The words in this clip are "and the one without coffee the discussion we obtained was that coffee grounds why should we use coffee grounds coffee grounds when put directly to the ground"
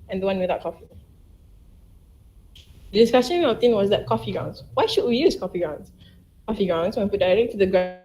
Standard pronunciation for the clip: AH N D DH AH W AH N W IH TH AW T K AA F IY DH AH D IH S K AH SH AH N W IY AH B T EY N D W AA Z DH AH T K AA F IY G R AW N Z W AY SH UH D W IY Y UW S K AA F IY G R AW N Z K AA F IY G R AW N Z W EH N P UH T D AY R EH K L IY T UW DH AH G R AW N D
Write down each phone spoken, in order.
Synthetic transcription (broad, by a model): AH N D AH W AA N W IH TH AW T K AA F IY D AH D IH S K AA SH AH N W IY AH T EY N W AA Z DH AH T K AA F IY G AW N S W AY SH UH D W IY Y UW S K AA F IY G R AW N S K AA F IY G AW N S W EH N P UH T D AY R EH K T UW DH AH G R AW